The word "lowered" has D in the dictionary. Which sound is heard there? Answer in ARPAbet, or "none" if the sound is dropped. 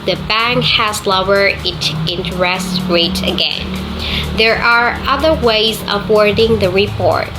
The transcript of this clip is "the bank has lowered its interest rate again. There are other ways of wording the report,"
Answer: none